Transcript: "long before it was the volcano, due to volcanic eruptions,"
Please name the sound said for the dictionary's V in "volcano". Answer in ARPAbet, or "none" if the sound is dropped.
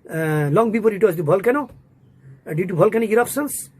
B